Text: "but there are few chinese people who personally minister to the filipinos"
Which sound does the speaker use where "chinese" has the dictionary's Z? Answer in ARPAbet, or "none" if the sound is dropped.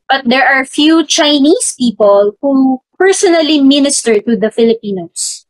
S